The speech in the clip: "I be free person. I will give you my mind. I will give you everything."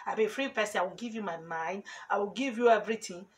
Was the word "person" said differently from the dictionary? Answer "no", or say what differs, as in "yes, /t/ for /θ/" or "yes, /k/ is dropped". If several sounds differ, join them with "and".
yes, /n/ is dropped